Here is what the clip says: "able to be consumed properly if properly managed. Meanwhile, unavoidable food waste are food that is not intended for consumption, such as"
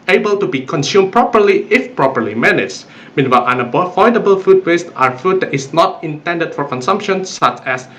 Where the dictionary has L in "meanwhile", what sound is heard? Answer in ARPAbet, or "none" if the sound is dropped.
N